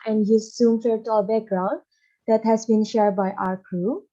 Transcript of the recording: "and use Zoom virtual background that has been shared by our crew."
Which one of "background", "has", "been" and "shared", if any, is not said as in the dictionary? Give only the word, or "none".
none